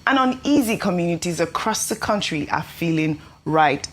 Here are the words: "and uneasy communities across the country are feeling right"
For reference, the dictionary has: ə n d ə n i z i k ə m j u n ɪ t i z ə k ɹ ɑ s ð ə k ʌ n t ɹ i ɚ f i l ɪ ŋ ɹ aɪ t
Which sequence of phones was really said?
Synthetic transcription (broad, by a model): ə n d ə n i z i k ə m j u n ɪ t i z ə k ɹ ɑ s ð ə k ʌ n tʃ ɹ i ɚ f i l ɪ ŋ ɹ aɪ t